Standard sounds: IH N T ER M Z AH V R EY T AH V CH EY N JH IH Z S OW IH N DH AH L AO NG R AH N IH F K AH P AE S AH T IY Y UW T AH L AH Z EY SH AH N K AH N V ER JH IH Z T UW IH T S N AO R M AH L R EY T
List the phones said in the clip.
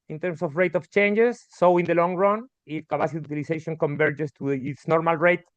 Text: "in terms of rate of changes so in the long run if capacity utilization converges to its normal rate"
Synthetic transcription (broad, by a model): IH N T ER M S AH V R EY T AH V CH EY N JH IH S OW IH N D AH L AO NG R AH N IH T K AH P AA S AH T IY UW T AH L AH S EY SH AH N K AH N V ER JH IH S T UW IH T S N AO R M AH L R EY T